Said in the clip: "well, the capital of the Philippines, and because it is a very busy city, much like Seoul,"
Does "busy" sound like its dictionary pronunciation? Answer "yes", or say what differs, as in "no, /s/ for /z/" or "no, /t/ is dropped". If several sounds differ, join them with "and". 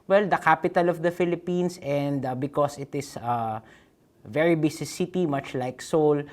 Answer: no, /s/ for /z/